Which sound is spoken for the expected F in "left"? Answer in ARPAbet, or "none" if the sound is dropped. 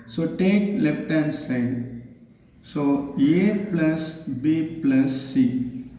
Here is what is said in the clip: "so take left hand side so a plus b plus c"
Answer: P